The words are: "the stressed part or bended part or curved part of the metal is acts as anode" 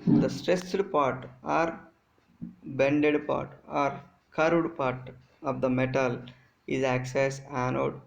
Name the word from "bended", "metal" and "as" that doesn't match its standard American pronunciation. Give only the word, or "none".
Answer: as